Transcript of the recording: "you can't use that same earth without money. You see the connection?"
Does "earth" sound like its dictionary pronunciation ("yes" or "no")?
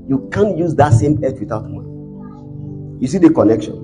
no